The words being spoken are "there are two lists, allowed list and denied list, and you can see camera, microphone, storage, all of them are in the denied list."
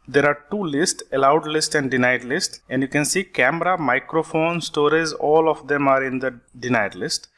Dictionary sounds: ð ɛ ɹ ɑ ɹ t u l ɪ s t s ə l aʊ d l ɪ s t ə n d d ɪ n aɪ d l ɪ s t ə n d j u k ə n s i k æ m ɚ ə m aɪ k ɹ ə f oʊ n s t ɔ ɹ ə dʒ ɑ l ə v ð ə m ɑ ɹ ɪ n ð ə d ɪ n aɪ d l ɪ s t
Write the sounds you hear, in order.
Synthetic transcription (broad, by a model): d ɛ ɹ ɑ ɹ t u l ɪ s t s ə l aʊ d l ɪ s t ə n d d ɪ n aɪ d l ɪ s t ə n d j u k ə n s i k æ m ɚ ə m aɪ k ɹ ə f oʊ n s t ɔ ɹ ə z ɑ l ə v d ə m ɑ ɹ ɪ n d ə d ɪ n aɪ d l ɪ s t